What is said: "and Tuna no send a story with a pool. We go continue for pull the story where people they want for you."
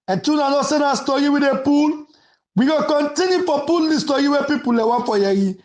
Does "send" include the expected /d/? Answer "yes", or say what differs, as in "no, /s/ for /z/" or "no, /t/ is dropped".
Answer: no, /d/ is dropped